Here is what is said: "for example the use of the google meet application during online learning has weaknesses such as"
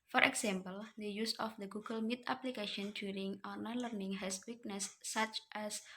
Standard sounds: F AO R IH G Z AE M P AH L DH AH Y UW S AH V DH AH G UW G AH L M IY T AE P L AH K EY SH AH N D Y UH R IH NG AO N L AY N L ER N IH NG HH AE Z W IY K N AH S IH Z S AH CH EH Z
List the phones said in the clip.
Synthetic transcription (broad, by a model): F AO R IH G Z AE M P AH L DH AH Y UW S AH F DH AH G UW G AH L M IY T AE P L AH K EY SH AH N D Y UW R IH NG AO N AY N L ER N IH NG HH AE S W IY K N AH S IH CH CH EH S